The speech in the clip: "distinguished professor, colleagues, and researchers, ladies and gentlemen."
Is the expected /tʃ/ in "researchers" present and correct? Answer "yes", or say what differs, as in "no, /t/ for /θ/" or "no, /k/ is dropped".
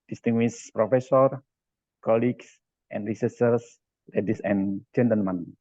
no, /s/ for /tʃ/